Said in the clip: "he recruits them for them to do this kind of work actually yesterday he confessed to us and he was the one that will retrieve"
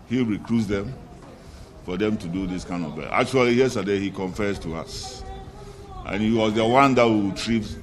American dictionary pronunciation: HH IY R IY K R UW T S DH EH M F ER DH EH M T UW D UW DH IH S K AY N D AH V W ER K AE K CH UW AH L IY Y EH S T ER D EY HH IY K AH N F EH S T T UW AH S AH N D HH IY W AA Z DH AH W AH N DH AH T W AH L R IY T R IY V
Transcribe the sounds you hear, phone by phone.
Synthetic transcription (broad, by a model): HH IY R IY K R UW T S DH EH M F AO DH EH M T UW D UW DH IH S K AY N D AH V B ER AA K CH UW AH L IY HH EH S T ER D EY HH IY K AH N F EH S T T UW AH S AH N HH IY W AA Z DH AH W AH N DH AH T W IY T R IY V